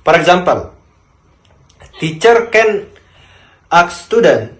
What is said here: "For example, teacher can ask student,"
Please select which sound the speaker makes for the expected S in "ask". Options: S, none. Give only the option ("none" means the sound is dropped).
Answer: none